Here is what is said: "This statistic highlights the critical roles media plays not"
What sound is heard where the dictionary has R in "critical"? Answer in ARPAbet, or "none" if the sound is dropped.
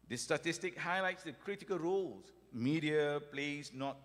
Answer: R